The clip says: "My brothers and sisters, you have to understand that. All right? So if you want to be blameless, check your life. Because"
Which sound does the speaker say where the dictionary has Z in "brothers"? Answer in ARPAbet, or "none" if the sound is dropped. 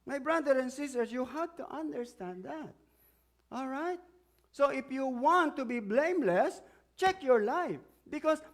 none